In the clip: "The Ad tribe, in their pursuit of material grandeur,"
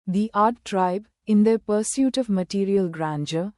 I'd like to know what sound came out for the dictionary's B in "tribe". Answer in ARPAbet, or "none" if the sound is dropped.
B